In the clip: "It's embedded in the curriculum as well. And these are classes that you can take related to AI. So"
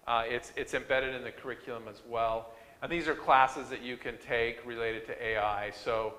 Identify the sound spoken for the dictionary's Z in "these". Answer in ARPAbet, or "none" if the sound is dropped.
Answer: Z